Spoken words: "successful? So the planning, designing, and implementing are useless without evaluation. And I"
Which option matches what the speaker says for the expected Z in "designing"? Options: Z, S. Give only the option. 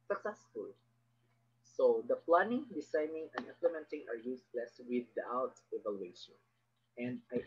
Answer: S